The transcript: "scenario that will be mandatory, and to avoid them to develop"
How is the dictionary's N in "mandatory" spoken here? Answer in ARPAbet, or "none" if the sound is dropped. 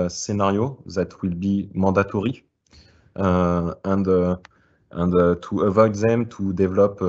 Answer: none